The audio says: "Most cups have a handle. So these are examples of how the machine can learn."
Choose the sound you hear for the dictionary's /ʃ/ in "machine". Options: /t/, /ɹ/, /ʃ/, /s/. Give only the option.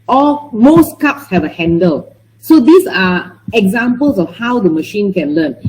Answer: /ʃ/